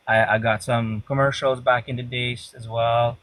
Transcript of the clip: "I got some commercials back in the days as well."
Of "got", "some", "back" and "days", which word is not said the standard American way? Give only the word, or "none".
days